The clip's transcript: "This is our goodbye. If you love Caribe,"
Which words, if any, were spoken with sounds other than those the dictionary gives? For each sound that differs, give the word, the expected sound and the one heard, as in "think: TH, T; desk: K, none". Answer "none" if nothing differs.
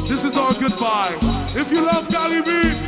none